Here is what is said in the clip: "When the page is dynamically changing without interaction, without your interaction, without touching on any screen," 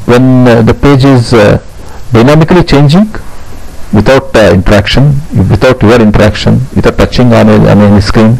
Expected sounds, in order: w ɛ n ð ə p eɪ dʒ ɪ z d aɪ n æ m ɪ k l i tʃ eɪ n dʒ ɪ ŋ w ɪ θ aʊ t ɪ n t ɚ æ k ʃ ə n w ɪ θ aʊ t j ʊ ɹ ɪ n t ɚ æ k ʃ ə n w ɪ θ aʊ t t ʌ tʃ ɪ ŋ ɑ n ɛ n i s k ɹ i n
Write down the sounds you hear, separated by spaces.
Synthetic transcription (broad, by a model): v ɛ n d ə p eɪ dʒ ɪ z d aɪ n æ m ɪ k l i tʃ eɪ n dʒ ɪ ŋ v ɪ t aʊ t ɪ n t ɚ æ k ʃ ə n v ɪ t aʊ t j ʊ ɹ ɪ n t ɚ æ k ʃ ə n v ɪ t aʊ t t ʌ tʃ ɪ ŋ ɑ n ɛ n i s k ɹ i n